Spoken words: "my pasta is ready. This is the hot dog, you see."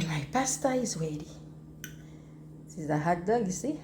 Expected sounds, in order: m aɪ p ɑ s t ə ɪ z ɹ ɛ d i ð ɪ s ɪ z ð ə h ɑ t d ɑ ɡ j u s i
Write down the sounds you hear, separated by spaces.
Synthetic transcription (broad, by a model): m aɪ p ɑ s t ə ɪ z w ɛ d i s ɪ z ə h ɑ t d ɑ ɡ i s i